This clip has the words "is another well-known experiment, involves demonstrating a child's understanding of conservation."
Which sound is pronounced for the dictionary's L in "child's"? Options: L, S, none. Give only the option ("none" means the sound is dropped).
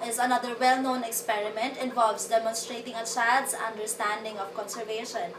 none